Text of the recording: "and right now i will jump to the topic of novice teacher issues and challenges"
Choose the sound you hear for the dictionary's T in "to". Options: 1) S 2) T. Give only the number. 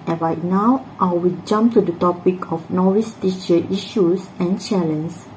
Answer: 2